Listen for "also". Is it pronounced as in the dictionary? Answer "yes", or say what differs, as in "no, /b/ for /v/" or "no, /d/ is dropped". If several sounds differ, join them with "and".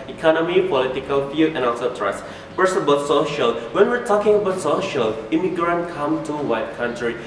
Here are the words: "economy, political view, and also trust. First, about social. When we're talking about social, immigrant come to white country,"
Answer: no, /l/ is dropped